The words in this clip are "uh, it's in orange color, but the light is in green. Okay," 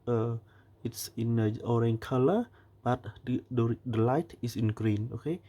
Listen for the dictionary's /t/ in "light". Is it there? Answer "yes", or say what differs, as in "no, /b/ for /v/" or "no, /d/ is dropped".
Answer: yes